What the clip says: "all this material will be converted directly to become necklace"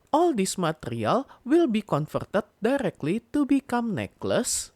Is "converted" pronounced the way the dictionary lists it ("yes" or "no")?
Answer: no